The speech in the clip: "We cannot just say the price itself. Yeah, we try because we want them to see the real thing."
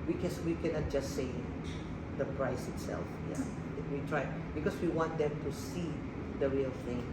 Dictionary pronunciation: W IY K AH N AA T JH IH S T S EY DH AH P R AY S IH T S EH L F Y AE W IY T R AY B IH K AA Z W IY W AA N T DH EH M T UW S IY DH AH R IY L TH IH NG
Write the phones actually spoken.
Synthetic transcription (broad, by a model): W IY K AH N AA T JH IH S S EY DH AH P R AY S IH T S EH L F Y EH W IY T R AY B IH K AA S W IY W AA N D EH M T UW S IY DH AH R IY L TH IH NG